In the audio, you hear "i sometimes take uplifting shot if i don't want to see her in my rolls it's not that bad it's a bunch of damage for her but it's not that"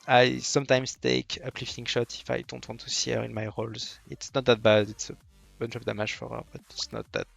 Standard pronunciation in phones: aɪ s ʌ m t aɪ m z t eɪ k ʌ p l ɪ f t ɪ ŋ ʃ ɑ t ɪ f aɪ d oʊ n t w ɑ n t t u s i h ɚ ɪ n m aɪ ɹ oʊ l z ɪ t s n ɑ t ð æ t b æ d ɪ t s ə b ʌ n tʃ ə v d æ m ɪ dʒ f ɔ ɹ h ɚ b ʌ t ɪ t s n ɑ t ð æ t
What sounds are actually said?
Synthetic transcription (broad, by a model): aɪ s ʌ m t aɪ m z t eɪ k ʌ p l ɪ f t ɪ ŋ ʃ ɑ t ɪ f aɪ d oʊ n t w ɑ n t t u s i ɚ ɪ n m aɪ ɹ oʊ l z ɪ t s n ɑ t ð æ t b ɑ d ɪ t s ə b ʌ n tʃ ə p d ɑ m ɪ ʒ f ɔ ɹ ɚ b ʌ t ɪ t s n ɑ t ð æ t